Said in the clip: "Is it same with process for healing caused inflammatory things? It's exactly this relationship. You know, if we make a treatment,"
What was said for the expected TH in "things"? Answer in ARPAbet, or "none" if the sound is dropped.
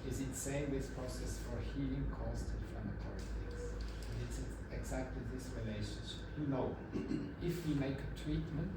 S